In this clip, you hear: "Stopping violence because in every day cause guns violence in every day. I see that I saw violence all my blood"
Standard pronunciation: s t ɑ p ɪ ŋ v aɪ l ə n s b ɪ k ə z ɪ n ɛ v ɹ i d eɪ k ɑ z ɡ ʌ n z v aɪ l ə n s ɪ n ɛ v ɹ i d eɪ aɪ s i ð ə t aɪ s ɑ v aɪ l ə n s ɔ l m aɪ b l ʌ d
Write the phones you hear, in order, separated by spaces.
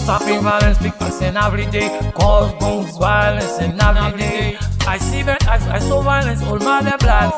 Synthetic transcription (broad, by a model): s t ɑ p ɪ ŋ v aɪ l ə n s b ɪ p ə s ɪ n ɛ v ɹ i d eɪ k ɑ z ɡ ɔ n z v aɪ l ə n s ɪ n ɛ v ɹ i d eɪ aɪ s i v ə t aɪ s ɑ v aɪ l ə n s ɔ l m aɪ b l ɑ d